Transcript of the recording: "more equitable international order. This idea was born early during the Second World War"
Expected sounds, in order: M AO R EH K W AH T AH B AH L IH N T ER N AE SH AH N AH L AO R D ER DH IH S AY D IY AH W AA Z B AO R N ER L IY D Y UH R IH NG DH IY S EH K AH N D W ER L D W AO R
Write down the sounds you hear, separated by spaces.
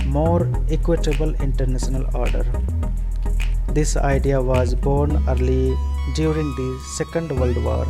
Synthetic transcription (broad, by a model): M AO R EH K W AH T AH B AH L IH N T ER N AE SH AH N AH L AO R D ER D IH S AY D IY AH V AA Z B AO R N ER L IY D Y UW R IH NG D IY S EH K AH N D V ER L D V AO R